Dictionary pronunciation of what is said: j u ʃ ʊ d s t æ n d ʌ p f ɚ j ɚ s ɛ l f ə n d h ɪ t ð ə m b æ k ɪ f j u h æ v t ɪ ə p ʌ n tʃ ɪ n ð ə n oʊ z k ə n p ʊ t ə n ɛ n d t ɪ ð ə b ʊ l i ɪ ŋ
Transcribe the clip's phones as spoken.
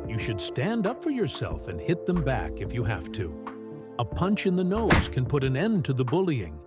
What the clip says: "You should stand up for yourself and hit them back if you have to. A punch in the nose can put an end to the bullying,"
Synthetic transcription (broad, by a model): j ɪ ʃ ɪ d s t æ n d ʌ p f ɚ j ɚ s ɛ l f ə n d h ɪ t ð ə m b æ k ɪ f j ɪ h æ f t ɪ ə p ʌ n tʃ ɪ n ð ə n oʊ z k ə n p ʊ t ə n ɛ n t ɪ ð ə b ʊ l i ɪ ŋ